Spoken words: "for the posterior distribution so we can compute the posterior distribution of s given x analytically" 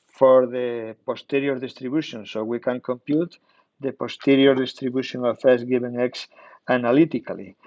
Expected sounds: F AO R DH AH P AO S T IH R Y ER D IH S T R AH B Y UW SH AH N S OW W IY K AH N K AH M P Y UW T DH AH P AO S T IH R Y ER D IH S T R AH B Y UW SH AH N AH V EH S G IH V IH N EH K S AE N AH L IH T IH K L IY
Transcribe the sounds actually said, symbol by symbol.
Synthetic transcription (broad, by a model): F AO R DH AH P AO S T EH R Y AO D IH S T R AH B Y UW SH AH N S OW W IY K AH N K AH M P Y UW T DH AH P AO S T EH R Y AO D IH S T R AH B Y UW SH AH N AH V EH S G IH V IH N EH K S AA N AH L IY T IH K L IY